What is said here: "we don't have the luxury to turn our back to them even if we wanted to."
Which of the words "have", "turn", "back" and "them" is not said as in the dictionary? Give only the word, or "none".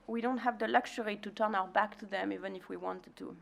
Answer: none